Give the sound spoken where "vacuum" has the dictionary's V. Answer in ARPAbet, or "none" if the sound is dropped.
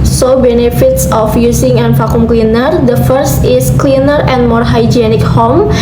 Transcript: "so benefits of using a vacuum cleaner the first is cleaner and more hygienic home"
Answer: F